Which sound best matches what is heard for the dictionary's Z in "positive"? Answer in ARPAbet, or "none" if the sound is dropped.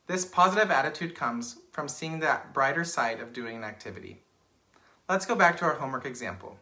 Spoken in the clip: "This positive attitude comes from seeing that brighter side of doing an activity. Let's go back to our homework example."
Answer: Z